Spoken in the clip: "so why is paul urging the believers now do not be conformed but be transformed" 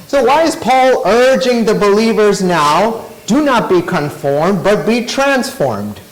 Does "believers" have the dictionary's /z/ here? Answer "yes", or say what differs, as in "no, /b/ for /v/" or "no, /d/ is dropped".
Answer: yes